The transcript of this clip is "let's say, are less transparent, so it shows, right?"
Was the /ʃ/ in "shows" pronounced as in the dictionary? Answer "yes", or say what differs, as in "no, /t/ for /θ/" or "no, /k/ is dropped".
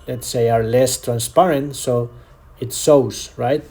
no, /s/ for /ʃ/